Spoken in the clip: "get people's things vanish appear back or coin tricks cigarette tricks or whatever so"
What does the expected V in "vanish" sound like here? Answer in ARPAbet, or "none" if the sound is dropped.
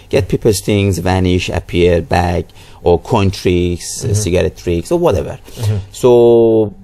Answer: V